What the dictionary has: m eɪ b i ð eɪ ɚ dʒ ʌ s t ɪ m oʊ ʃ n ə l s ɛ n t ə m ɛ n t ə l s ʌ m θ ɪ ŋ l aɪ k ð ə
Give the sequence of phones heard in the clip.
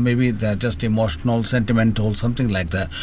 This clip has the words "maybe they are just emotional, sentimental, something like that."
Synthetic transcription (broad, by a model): m eɪ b i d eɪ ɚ dʒ ʌ s t ɪ m oʊ ʃ n ə l s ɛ n t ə m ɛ n t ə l s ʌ m t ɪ ŋ l aɪ k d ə